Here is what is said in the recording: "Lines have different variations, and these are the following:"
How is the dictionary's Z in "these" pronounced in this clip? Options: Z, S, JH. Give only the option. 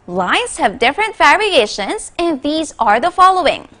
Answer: Z